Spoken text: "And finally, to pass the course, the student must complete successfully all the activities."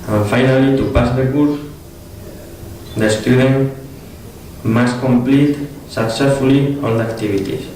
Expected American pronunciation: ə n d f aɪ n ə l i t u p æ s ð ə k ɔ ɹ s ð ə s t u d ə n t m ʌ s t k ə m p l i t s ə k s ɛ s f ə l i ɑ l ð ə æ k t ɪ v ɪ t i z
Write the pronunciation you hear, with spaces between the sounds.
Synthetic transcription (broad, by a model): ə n f aɪ n ə l i t u p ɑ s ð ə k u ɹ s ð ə s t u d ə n m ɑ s k ə m p l i t s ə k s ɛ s f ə l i ɑ l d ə k t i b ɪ t i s